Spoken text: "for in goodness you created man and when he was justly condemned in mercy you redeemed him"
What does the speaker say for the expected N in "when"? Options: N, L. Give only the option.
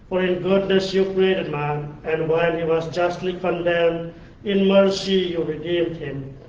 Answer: L